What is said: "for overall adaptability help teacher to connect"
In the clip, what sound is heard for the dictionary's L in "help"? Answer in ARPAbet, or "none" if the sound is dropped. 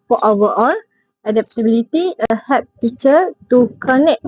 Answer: none